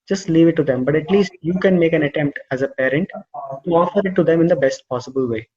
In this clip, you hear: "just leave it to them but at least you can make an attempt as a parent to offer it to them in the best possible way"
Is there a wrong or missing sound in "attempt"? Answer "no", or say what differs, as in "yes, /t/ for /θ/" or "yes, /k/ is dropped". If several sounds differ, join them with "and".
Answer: no